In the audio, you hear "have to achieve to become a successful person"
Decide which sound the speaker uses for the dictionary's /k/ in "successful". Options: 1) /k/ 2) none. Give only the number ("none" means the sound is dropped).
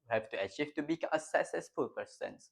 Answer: 2